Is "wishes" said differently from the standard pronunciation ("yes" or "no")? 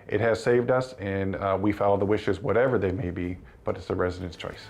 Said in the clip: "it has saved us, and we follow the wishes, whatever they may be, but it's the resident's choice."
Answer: no